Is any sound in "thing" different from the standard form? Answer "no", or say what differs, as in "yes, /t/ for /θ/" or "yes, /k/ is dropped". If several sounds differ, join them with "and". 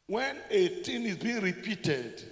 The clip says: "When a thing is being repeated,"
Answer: yes, /t/ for /θ/